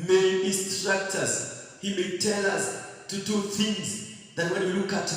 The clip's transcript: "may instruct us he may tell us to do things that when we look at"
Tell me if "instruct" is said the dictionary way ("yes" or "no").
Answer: no